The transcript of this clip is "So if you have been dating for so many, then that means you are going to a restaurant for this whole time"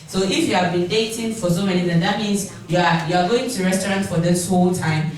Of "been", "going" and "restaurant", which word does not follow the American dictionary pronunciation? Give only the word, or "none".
none